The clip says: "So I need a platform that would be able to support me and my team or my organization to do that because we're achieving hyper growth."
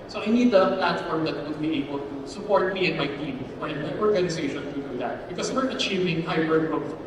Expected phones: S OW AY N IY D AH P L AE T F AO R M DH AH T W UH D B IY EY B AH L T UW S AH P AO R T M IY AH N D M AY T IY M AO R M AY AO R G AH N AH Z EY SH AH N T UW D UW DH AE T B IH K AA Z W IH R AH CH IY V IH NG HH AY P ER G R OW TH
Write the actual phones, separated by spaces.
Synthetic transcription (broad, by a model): S OW AY N IY D AH P L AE T F AO R M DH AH T W UH D B IY EY B AH L T UW S AH P AO R T M IY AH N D M AY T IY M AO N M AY AO R G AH N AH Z EY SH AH N T UW D UW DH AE T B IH K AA S W IH R AH CH IY V IH NG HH AY B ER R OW